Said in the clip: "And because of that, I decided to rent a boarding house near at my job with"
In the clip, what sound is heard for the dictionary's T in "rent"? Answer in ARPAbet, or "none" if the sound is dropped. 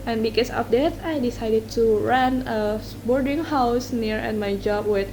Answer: none